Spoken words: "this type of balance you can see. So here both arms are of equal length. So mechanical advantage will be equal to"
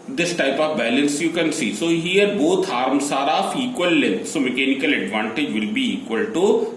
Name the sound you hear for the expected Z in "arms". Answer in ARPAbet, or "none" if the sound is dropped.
S